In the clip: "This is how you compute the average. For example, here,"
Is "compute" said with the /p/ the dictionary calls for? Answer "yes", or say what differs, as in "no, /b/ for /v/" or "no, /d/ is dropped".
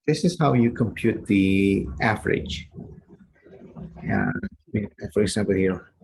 yes